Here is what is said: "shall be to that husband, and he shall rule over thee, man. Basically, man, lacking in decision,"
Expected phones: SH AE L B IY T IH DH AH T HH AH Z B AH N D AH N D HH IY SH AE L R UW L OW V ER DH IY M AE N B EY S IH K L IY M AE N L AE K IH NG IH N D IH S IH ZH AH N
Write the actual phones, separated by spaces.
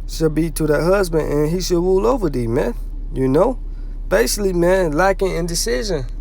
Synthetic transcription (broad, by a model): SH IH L B IY T IH DH AH T HH AH Z B AH N D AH N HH IY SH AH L R UW L OW V ER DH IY M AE N B EY S IH K L IY M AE N L AE K IH NG IH N D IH S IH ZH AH N